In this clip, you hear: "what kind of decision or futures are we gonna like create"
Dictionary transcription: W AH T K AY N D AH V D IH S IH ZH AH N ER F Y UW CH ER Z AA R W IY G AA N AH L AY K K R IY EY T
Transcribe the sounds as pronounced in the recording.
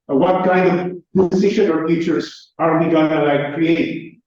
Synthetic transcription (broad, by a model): W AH T K AY N D AH V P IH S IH SH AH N ER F Y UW CH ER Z AA R W IY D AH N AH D AY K K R IY EY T